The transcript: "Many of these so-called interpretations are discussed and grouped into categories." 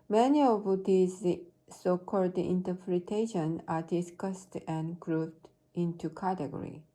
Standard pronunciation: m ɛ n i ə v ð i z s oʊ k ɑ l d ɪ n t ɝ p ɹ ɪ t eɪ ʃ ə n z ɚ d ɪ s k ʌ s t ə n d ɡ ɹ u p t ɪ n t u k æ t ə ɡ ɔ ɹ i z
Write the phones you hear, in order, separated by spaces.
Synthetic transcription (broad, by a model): m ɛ n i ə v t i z s oʊ k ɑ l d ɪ n t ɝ p ɹ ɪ t eɪ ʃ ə n ɚ d ɪ s k ʌ s t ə n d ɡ ɹ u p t ɪ n t u k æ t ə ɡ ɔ ɹ i